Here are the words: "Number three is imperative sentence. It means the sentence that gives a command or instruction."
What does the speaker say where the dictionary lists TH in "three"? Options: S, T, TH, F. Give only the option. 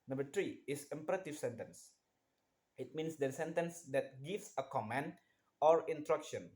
T